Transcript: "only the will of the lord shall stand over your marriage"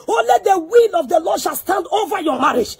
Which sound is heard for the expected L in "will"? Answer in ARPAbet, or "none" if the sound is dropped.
L